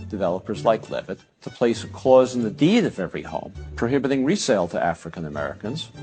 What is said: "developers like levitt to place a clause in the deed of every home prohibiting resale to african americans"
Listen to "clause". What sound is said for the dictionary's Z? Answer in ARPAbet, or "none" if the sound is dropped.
Z